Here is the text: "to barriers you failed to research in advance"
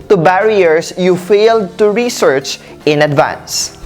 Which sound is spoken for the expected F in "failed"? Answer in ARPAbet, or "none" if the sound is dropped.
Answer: F